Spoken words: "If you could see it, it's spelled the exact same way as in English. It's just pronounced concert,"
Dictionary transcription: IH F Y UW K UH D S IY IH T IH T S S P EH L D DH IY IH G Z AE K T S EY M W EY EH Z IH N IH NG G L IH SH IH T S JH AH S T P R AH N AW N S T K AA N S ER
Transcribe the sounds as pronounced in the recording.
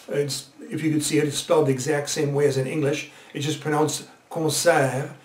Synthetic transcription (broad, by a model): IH F Y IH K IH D S IY IH T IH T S S P EH L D DH IY IH G Z AE K T S EY M W EY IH Z IH N IH NG G L IH SH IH T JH AH S P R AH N AW N S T K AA S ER